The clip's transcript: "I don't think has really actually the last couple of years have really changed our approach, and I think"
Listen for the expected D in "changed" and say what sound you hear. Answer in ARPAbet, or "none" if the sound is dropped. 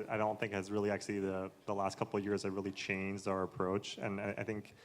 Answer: D